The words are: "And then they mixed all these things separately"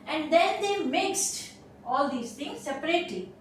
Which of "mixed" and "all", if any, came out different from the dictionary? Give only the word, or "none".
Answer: none